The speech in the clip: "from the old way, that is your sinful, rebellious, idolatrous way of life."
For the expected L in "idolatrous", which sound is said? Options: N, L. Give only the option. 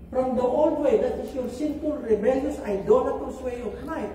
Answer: N